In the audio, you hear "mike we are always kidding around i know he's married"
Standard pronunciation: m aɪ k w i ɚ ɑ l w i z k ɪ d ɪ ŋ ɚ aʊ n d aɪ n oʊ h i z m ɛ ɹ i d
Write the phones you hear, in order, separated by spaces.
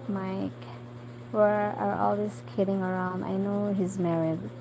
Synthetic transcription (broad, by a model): m aɪ k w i ɚ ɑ l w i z k ɪ d ɪ ŋ ɚ aʊ n d aɪ n oʊ h i z m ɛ ɹ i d